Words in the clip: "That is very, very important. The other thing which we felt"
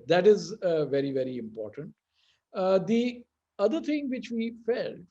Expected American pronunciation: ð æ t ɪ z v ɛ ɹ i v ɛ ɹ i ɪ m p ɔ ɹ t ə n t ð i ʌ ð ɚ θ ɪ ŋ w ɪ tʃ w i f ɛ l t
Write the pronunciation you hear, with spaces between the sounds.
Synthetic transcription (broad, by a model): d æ t ɪ z v ɛ ɹ i v ɛ ɹ i ɪ m p ɔ ɹ t ə n t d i ʌ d ɚ t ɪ ŋ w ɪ tʃ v i f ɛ l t